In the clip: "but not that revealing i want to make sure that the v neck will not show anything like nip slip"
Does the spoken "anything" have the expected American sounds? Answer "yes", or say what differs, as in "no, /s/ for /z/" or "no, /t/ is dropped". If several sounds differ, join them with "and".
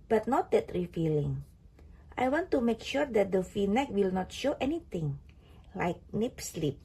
no, /t/ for /θ/